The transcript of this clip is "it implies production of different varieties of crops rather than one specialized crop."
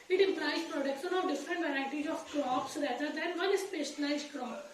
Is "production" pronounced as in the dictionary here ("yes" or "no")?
no